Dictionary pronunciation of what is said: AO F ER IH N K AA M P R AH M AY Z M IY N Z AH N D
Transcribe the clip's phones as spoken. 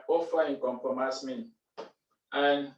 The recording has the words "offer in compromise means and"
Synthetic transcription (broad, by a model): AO F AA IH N K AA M P R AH M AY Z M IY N AH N